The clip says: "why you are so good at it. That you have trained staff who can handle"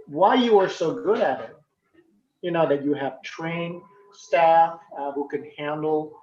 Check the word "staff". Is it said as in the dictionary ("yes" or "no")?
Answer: yes